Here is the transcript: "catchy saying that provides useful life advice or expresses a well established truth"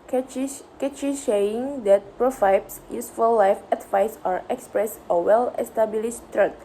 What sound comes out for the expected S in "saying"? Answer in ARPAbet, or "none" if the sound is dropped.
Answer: SH